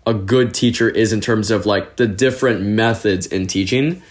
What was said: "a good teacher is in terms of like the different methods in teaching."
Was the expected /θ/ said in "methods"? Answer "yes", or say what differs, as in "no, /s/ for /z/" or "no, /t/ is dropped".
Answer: yes